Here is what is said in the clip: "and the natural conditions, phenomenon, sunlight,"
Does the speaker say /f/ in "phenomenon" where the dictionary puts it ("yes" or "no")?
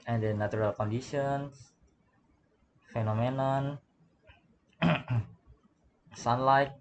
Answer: yes